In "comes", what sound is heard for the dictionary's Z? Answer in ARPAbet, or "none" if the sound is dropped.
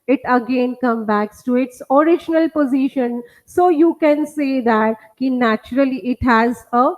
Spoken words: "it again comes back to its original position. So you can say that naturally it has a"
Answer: none